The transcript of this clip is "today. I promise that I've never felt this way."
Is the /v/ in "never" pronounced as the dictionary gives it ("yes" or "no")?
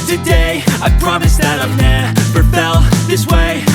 no